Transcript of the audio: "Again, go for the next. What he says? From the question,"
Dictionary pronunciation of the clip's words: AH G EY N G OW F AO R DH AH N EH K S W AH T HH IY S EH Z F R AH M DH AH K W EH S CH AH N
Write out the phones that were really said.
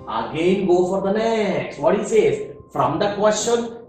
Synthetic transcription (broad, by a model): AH G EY N G OW F AO R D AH N EH K S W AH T HH IY S EH Z F R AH M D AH K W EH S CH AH N